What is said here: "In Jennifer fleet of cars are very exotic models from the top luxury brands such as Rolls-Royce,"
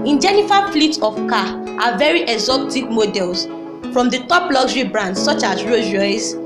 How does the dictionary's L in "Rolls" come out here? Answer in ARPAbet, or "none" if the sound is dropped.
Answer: none